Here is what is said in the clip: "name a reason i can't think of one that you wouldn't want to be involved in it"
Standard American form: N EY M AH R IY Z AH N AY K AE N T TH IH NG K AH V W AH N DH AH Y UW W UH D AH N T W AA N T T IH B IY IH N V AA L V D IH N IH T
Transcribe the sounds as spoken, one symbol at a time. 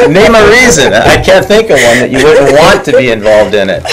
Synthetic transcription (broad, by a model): N EY M AH R IY Z AH N AY K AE N TH IH NG K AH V W AH N DH AH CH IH W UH D N T W AA N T T IH B IY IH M V AA L V D IH N IH T